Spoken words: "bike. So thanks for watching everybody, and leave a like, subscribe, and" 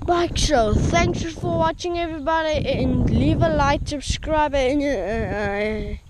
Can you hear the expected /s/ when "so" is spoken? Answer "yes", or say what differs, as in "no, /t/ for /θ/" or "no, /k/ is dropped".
no, /ʃ/ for /s/